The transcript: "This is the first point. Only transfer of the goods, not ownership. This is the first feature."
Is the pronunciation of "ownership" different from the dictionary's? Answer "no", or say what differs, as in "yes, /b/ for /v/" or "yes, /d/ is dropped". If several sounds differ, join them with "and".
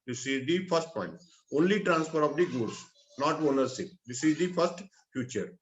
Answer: yes, /s/ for /ʃ/